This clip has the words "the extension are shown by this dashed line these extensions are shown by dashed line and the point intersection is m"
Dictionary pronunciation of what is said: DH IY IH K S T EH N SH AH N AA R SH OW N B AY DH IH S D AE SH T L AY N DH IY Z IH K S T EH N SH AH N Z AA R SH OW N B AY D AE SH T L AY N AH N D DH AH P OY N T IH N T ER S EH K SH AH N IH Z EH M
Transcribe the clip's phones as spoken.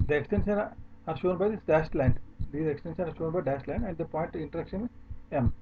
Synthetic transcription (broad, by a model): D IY IH K S T EH N SH AH N AA R SH OW N B AY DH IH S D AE S T L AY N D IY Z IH K S T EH N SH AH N AA R SH OW N B AY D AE S T L AY N AH N D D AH P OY N T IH N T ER EH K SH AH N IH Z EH M